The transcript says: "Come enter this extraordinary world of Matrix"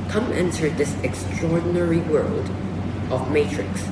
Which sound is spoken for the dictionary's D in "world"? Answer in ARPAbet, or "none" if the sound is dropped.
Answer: D